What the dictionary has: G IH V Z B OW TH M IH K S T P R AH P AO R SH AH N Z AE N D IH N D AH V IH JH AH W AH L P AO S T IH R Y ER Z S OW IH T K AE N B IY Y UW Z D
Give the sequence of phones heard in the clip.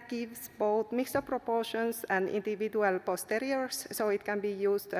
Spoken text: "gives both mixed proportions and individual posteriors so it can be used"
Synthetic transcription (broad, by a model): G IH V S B OW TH M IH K S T P R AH P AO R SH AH N S AE N D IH N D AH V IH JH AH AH L P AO S T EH R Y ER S S OW IH T K AE N B IY Y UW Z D